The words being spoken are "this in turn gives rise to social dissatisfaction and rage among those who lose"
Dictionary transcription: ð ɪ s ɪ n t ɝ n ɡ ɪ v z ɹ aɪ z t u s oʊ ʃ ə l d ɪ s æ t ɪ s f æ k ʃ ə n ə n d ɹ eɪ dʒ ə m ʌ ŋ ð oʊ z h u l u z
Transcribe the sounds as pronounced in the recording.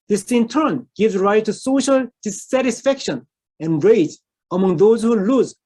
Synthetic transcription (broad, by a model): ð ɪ s ɪ n t ɝ n ɡ ɪ v z ɹ aɪ t u s oʊ ʃ ə l d ɪ s æ t ɪ s f æ k ʃ ə n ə n ɹ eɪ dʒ ə m ʌ ŋ ð oʊ z h u l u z